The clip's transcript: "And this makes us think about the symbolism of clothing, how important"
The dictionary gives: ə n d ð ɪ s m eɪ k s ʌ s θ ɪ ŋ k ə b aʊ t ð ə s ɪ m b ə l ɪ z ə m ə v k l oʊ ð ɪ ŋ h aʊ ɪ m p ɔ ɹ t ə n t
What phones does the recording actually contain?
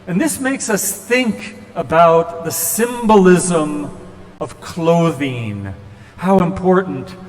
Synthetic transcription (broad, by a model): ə n ð ɪ s m eɪ k s ʌ s θ ɪ ŋ k ə b aʊ t ð ə s ɪ m b ə l ɪ z ə m ə v k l oʊ ð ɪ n h aʊ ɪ m p ɔ ɹ t n t